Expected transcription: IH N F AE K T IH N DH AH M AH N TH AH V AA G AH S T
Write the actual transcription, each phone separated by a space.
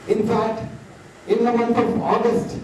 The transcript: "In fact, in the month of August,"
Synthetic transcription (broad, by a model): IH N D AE T IH N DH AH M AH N T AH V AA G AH S T